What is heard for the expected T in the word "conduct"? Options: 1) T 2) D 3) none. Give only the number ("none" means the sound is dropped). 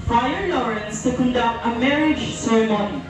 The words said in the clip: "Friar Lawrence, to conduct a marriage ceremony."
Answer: 1